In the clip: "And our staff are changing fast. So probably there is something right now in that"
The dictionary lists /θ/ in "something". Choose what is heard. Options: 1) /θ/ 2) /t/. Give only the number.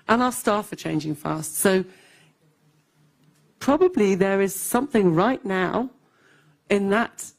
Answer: 1